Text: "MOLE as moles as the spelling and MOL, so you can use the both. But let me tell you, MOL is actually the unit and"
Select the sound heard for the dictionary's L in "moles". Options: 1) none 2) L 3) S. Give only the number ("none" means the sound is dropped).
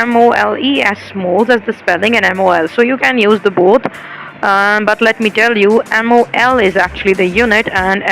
2